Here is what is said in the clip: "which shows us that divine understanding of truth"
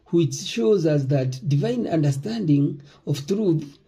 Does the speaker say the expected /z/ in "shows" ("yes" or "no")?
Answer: yes